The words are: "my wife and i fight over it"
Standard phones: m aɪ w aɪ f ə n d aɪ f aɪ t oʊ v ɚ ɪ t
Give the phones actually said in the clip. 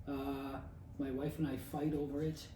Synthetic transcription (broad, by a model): m aɪ w aɪ f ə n aɪ f aɪ t oʊ v ɚ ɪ t